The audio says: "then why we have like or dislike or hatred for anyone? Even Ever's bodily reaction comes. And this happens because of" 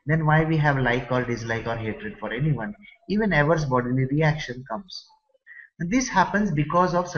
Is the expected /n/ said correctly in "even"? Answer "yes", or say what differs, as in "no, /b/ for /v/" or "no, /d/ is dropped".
yes